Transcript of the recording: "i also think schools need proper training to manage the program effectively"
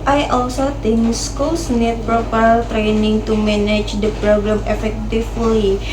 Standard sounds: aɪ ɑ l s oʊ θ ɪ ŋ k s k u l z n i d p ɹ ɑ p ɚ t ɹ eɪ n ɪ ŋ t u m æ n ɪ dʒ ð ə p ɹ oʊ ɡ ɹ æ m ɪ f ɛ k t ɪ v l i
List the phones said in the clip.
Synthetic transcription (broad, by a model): aɪ ɑ l s oʊ t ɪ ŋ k s k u l s n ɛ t p ɹ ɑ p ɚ t ɹ eɪ n ɪ ŋ t u m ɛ n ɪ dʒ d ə p ɹ oʊ ɡ ɹ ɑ m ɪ f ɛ k t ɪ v l i